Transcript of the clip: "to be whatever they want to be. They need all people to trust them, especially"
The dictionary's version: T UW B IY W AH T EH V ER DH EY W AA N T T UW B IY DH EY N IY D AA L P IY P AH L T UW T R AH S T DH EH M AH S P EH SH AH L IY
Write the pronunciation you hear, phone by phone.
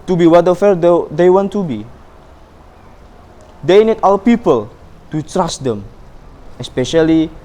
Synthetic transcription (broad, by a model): T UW B IY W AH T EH F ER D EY W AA N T T UW B IY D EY N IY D AA L P IY P AH L T UW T R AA S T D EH M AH S P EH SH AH L IY